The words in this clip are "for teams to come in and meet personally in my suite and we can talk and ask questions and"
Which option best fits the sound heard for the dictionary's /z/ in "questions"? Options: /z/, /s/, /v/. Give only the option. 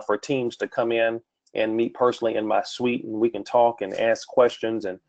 /z/